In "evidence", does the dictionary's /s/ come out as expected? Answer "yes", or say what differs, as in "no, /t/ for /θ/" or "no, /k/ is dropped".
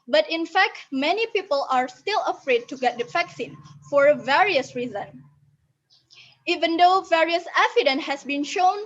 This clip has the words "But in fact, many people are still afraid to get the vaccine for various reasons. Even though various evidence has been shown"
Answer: no, /s/ is dropped